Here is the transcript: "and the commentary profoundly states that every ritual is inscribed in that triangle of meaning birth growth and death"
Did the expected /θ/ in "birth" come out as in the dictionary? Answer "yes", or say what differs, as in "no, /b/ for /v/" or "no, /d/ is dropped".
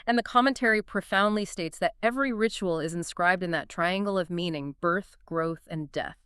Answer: yes